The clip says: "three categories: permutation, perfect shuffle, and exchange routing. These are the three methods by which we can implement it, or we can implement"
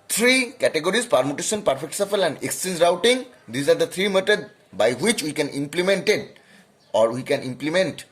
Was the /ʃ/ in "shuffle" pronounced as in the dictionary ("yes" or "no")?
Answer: no